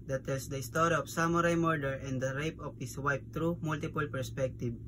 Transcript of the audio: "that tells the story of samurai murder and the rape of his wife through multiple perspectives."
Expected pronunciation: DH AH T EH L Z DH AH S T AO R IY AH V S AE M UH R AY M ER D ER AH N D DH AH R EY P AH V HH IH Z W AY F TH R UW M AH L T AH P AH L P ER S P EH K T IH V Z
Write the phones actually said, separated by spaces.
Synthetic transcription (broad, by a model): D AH T EH L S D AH S T AO R IY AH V S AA M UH R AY M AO D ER AH N D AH R EY P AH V HH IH S W AY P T R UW M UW L T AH P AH L P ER S P EH K T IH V